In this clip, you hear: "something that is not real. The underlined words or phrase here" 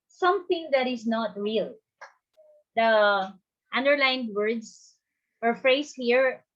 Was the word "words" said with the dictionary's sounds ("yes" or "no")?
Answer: no